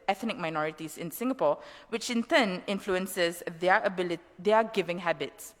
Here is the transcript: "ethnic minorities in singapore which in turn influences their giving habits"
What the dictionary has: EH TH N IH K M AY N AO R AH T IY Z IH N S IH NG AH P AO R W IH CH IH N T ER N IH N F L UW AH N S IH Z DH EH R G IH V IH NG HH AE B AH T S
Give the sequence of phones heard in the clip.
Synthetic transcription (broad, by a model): EH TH N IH K M AY N AO R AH T IY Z IH N S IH NG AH P AO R W IH CH IH N T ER N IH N F L UW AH N S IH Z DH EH L G IH V IH NG HH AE B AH T S